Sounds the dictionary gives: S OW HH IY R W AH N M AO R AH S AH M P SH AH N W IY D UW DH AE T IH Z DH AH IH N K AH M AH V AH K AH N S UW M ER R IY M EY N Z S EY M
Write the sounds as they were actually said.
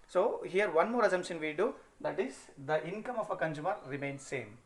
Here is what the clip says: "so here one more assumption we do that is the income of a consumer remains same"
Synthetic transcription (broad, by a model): S OW HH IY R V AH N M AO R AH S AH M SH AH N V IY D UW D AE T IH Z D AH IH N K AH M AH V AH K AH N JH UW M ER R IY M EY N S S EY M